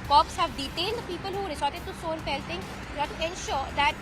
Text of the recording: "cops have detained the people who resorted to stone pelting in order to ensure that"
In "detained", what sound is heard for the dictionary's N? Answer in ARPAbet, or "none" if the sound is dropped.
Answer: L